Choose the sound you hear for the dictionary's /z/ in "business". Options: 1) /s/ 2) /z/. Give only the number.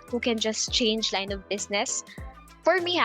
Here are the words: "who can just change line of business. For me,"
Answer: 1